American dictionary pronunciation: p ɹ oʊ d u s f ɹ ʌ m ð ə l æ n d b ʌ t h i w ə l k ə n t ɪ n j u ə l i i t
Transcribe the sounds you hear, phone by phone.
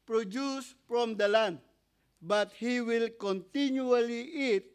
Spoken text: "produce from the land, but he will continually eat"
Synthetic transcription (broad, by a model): p ɹ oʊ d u s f ɹ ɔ m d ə l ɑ n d b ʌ t h i w ə l k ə n t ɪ n j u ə l i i t